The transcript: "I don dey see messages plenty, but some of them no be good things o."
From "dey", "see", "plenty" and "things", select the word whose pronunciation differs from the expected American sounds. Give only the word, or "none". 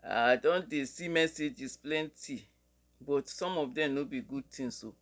things